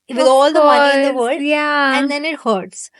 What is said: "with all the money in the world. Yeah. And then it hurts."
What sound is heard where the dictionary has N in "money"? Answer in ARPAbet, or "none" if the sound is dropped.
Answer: none